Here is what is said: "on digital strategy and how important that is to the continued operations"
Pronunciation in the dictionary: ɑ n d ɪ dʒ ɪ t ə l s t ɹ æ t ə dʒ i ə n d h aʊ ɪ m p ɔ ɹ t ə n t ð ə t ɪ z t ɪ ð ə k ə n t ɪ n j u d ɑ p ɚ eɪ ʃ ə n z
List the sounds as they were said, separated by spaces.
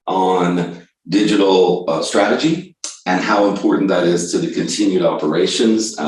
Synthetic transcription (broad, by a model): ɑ n d ɪ dʒ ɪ t l s t ɹ æ t ə dʒ i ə n h aʊ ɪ m p ɔ ɹ t n ð ə t ɪ z t ɪ ð ə k ə n t ɪ n j u d ɑ p ɚ eɪ ʃ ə n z